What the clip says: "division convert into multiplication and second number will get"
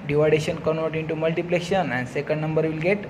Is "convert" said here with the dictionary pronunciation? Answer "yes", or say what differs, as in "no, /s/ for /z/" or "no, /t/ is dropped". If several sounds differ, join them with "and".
no, /v/ is dropped